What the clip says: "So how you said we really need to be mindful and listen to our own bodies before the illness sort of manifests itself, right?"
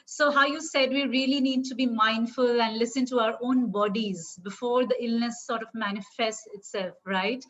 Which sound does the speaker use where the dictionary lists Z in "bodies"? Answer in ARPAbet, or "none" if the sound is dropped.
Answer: Z